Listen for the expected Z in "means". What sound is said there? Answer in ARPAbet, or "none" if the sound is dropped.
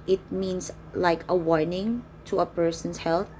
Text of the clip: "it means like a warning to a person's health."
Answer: S